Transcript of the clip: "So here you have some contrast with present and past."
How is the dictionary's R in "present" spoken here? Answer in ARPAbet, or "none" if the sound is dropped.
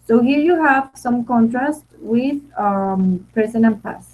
none